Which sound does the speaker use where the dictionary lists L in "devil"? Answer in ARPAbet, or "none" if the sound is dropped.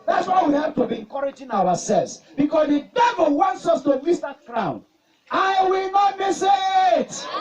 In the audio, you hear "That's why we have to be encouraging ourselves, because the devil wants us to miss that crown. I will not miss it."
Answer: L